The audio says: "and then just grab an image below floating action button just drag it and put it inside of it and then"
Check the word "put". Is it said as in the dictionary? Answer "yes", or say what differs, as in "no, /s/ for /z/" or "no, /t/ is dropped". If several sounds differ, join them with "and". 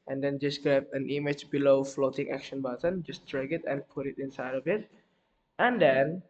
yes